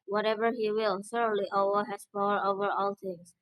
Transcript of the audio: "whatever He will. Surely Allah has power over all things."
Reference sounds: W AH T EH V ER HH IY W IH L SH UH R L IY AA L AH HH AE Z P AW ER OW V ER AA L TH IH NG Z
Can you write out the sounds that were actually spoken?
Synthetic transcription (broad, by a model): W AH T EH V ER HH IY W IH L S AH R L IY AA W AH HH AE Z P AW ER OW V ER AA L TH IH NG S